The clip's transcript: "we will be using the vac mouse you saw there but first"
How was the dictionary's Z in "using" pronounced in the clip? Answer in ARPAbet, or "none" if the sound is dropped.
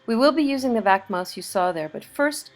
Z